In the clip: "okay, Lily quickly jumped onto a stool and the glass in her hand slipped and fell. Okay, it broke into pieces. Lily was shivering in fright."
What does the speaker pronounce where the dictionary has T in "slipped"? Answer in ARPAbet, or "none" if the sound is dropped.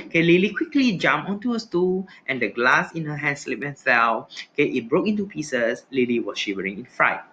none